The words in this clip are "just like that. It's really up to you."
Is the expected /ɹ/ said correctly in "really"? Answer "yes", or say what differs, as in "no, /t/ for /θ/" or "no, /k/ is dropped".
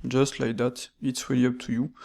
no, /w/ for /ɹ/